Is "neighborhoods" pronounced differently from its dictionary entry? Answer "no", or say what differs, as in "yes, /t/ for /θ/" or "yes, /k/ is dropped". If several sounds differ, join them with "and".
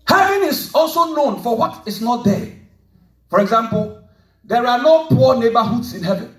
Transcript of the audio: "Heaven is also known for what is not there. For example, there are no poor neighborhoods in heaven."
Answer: yes, /s/ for /z/